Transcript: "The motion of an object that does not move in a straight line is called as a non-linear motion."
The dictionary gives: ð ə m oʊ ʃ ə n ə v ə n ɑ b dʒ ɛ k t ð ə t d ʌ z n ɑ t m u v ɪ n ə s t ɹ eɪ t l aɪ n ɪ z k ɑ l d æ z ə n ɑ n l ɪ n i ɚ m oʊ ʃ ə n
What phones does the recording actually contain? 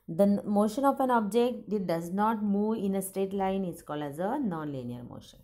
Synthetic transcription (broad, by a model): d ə m oʊ ʃ ə n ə f ə n ɑ b dʒ ɛ k t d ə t d ʌ z n ɑ t m u v ɪ n ə s t eɪ t l aɪ n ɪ s k ɑ l d æ z ə n ɑ n l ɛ n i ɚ m oʊ ʃ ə n